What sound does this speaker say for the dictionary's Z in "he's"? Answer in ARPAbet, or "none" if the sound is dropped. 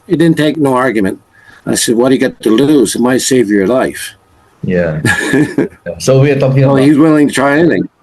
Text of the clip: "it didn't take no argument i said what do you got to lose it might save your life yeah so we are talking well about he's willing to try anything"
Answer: Z